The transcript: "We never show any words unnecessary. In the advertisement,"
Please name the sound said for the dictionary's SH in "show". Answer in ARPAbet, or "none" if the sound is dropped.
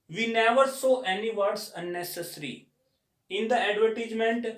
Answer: S